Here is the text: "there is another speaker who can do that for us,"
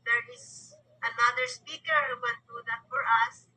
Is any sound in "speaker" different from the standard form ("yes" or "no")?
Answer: no